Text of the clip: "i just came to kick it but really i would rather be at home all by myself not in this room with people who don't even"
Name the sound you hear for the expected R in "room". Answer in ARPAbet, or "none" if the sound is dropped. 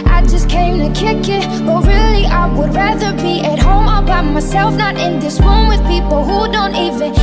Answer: W